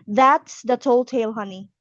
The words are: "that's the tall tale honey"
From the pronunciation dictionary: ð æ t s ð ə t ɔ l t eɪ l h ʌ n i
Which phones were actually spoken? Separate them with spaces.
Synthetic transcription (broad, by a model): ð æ t s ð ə t ɔ l t eɪ l h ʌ n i